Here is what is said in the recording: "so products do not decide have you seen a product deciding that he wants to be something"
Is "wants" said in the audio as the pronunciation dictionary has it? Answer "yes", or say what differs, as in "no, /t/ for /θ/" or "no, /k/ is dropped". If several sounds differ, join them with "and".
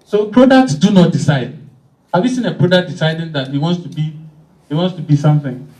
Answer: yes